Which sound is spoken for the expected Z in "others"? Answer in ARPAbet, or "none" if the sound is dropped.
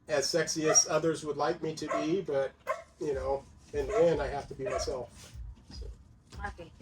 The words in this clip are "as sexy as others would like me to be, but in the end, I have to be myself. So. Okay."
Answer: Z